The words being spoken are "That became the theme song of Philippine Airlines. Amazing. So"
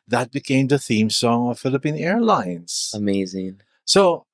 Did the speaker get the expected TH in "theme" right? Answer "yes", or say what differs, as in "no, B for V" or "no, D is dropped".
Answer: yes